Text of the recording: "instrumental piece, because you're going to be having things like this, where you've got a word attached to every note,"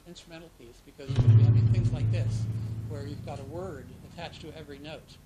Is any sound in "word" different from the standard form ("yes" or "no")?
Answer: no